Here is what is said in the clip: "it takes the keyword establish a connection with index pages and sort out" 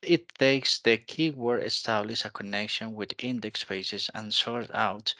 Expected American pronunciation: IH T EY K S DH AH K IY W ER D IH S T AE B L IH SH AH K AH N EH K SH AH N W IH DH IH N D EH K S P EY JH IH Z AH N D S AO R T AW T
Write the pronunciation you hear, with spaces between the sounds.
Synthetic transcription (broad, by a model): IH T EY K S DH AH K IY W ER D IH S T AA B L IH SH AH K AH N EH K SH AH N W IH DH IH N D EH K S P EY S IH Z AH N S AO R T AW T